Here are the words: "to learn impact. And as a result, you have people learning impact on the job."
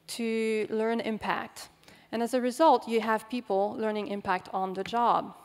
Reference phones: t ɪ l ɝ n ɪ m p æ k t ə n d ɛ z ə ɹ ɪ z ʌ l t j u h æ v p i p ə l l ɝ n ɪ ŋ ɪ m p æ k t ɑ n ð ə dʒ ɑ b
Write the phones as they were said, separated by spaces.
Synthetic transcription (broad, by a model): t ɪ l ɝ n ɪ m p æ k t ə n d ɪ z ə ɹ ɪ z ʌ l t j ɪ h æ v p i p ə l l ɝ n ɪ ŋ ɪ m p æ k t n ð ə dʒ ɑ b